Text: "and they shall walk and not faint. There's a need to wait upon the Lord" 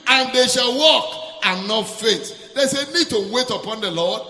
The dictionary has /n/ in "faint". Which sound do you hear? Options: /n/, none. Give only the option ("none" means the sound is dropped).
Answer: none